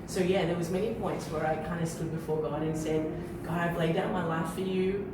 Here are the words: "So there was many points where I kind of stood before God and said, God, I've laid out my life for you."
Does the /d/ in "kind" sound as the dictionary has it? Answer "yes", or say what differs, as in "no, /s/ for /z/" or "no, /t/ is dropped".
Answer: yes